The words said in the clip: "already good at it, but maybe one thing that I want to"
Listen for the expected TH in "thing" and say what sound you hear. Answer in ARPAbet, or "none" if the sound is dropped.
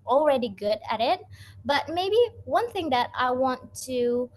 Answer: TH